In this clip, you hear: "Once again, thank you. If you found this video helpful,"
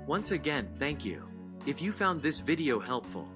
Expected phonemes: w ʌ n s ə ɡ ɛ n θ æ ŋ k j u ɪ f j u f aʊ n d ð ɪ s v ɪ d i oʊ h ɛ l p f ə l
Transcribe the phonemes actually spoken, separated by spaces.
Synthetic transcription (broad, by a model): w ʌ n s ə ɡ ɛ n θ æ ŋ k j u ɪ f j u f aʊ n ð ɪ s v ɪ d i oʊ h ɛ l p f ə l